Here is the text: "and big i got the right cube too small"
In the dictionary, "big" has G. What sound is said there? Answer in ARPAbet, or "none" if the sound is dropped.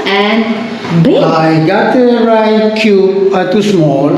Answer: none